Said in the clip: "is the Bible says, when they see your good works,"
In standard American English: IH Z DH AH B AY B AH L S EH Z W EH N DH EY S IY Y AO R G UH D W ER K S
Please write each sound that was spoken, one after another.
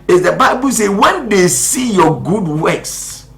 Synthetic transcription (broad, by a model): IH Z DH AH B AY B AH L S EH W EH N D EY S IY Y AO G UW D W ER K S